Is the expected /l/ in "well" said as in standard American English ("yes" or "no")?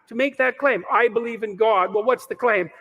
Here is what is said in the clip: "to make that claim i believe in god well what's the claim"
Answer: yes